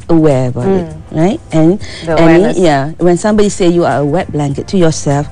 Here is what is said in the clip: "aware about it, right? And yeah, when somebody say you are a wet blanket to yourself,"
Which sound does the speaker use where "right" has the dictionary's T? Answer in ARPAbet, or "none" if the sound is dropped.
T